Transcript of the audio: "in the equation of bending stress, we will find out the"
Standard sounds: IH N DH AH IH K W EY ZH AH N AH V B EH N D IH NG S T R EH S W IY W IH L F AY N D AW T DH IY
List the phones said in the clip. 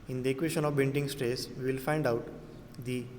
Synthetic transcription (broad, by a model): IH N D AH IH K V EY SH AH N AH V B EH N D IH NG S T R EH S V IY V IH L F AY N D AW T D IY